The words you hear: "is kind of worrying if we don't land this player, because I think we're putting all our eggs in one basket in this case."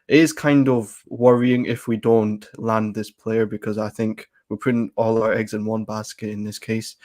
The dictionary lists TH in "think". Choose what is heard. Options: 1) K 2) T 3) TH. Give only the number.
3